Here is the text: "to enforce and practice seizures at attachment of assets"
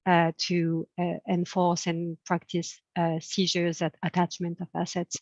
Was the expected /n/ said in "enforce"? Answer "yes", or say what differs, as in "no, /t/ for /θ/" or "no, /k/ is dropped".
yes